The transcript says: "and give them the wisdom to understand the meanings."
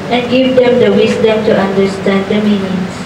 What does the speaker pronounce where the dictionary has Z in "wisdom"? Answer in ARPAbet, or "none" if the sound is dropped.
S